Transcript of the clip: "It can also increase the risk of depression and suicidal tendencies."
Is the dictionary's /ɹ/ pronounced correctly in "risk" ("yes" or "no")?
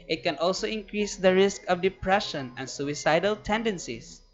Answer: yes